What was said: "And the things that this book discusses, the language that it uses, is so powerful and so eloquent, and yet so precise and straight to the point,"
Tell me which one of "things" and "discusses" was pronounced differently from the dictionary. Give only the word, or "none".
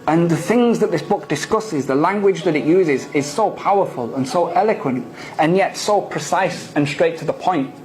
none